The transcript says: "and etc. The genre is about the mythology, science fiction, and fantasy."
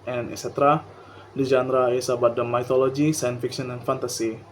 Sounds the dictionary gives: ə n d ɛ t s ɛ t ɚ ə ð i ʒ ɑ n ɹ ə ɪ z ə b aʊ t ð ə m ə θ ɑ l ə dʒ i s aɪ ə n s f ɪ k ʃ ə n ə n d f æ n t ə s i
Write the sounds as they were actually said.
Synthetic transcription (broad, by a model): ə n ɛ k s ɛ t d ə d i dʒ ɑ n ɹ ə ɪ s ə b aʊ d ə m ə t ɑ l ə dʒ i s aɪ ə n s f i k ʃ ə n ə n f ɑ n t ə s i